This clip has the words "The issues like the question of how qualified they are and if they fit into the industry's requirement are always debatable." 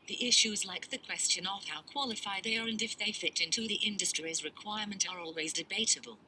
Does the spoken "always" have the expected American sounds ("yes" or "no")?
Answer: yes